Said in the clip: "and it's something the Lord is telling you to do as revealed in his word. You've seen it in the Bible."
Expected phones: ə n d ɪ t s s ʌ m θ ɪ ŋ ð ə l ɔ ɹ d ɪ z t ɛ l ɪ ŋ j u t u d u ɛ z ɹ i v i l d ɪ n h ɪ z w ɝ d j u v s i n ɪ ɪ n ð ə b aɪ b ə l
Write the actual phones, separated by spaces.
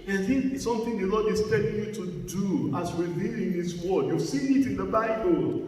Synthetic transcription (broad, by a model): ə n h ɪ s s ʌ m θ ɪ ŋ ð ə l ɔ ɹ d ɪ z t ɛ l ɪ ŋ j u t u d u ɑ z ɹ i v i l ɪ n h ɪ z w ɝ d j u s i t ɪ ɪ n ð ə b aɪ b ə l